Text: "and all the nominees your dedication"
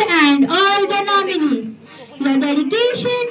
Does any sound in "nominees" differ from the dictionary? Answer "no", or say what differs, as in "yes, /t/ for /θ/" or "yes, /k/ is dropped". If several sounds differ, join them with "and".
yes, /z/ is dropped